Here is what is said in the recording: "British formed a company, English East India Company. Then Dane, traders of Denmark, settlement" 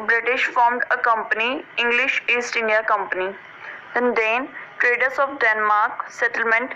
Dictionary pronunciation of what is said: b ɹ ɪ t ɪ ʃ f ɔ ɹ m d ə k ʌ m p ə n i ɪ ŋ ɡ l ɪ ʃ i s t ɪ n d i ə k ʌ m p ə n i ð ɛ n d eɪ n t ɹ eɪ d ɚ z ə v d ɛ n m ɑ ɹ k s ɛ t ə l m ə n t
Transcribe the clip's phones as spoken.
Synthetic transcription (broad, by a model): b ɹ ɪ t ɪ ʃ f ɔ ɹ m d ə k ʌ m p ə n i ɪ ŋ ɡ l ɪ ʃ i s t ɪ n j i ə k ʌ m p ə n i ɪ n d eɪ n t ɹ eɪ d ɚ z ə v d ɛ n m ɑ ɹ k s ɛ t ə l m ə n t